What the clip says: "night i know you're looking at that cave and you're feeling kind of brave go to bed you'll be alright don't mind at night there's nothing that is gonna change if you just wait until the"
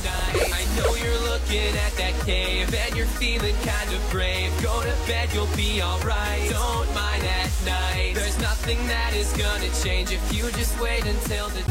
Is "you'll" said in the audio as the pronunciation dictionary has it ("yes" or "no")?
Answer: yes